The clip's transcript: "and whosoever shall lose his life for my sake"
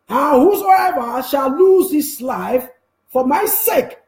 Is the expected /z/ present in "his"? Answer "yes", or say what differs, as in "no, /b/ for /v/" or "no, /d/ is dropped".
no, /s/ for /z/